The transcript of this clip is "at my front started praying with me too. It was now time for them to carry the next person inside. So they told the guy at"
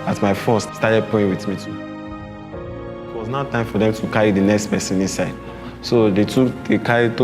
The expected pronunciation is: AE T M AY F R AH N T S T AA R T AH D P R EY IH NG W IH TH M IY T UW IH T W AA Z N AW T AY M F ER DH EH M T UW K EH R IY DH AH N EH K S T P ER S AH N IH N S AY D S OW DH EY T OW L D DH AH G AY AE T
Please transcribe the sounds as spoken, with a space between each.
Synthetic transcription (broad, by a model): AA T M AY F AO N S S T AA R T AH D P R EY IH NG W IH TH M IY T UW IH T W AA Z N AW T AY M F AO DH EH M T UW K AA R IY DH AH N EH K S T P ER S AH N IH N S AY D S OW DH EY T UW D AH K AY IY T